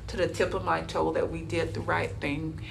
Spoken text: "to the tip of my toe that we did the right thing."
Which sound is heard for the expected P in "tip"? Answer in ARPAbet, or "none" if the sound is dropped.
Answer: P